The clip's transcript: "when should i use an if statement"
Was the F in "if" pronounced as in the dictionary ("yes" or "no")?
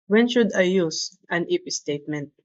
no